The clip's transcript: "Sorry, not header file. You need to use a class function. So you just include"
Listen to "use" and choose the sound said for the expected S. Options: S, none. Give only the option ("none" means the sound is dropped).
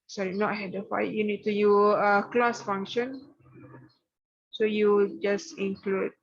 none